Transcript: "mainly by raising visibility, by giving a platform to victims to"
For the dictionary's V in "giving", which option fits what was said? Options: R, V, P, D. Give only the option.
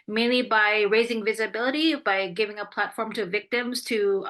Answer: V